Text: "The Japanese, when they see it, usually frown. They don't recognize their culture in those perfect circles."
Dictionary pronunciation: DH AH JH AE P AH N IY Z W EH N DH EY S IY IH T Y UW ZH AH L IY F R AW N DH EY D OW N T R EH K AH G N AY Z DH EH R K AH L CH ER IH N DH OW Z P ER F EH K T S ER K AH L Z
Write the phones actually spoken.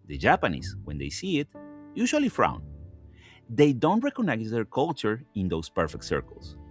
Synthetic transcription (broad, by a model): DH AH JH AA P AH N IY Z W EH N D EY S IY IH T Y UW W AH L IY F R AW N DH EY D OW N T R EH K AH N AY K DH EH R K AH L CH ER IH N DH OW S P ER F EH K T S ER K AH L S